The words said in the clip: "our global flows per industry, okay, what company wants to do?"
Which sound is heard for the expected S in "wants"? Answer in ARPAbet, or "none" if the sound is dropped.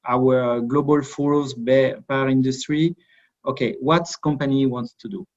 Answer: S